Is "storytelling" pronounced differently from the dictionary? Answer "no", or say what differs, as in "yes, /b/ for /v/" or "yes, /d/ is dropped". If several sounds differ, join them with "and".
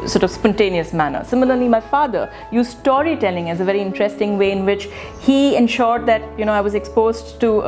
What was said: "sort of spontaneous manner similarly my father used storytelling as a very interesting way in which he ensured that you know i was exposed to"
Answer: no